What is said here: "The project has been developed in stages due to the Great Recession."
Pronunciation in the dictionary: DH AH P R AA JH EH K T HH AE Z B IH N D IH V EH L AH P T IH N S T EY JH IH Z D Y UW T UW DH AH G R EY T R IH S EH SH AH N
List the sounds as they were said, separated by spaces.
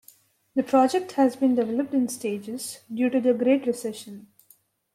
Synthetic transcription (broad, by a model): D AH P R AA JH EH K T HH AE Z B IH N D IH V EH L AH P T IH N S T EY JH IH Z D Y UW T UW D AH G R EY T R IH S EH SH AH N